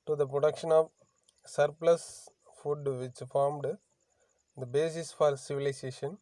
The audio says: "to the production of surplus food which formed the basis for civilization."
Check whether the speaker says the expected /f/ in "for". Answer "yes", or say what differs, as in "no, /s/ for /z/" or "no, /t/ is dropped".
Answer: yes